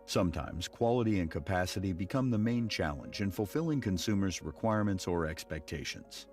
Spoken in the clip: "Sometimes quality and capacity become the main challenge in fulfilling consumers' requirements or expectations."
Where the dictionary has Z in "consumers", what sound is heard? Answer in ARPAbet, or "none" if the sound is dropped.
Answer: Z